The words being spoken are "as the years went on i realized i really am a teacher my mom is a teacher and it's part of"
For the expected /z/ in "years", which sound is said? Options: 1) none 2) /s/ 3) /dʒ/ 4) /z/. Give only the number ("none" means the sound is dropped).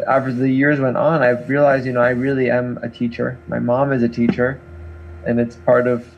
4